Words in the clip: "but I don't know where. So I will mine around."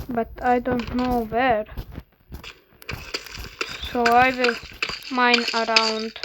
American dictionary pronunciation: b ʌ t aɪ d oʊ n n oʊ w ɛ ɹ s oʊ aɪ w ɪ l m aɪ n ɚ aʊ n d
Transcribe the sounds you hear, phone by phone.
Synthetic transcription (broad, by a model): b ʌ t aɪ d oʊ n n oʊ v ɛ ɹ s oʊ aɪ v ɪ l m aɪ n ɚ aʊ n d